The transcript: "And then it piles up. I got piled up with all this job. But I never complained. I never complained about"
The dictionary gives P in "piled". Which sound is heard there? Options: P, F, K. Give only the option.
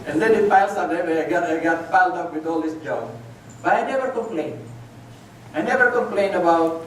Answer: F